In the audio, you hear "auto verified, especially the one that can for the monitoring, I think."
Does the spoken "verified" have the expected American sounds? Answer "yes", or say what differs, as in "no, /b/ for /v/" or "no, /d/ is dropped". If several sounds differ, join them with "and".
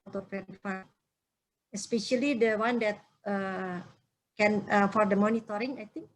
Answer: no, /d/ is dropped